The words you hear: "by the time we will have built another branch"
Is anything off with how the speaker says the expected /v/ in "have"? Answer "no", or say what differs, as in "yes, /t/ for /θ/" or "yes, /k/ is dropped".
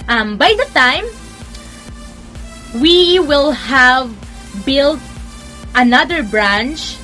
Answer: no